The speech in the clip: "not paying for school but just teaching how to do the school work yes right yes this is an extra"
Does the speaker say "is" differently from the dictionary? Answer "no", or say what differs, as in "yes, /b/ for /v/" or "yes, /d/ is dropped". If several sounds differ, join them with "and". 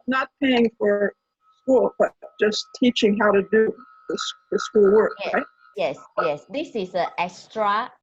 yes, /s/ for /z/